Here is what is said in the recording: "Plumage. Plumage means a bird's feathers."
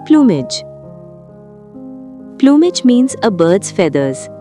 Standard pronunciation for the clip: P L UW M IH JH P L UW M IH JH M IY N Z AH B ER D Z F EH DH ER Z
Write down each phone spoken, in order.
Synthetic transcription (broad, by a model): P L UW M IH JH P L UW M IH JH M IY N Z AH B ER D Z F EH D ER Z